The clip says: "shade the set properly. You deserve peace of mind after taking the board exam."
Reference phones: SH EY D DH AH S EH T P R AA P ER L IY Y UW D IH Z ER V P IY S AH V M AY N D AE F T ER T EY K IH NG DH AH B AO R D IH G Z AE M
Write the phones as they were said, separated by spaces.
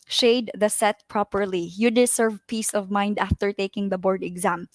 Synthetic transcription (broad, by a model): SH EY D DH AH S EH T P R AA P ER L IY Y UW D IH S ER V P IY S AH V M AY N D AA F T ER T EY K IH NG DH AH B AO R D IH G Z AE M